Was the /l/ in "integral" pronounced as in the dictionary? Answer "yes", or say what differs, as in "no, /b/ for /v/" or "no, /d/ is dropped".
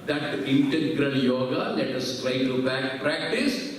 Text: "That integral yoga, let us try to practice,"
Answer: no, /n/ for /l/